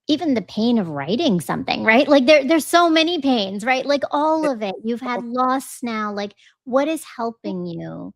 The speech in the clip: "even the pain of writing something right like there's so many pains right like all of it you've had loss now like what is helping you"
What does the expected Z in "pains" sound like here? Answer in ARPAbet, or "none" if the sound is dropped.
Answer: Z